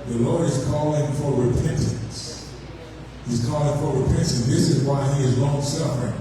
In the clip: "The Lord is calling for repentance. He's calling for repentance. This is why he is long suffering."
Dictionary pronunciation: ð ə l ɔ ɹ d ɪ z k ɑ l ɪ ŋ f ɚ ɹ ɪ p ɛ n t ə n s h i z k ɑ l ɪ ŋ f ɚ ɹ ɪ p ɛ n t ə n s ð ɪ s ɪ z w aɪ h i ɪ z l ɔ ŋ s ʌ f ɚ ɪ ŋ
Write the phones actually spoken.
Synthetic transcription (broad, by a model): ð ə l ɔ ɹ d ɪ z k ɑ l ɪ ŋ f ɚ ɹ ɪ p ɛ n t ə n s h i z k ɑ l ɪ ŋ f ɚ ɹ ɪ p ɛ n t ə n ð ɪ s ɪ z w aɪ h i ɪ z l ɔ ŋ s ʌ f ɚ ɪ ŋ